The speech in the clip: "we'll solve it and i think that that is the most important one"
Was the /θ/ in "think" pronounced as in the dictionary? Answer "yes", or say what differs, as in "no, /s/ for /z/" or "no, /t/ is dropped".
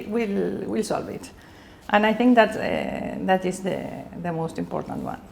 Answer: yes